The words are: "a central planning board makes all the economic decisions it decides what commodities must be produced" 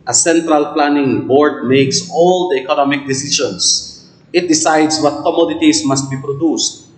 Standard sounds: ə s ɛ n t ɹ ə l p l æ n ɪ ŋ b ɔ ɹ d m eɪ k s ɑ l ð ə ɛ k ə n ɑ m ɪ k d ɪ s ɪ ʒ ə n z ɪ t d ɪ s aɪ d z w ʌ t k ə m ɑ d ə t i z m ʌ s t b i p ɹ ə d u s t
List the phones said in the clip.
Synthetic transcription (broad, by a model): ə s ɛ n t ɹ ə l p l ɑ n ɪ ŋ b ɔ ɹ d m eɪ k s ɑ l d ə ɛ k ə n ɑ m ɪ k d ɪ s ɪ ʃ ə n s ɪ t d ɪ s aɪ d s w ʌ t k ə m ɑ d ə t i s m ʌ s t b i p ɹ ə d u s t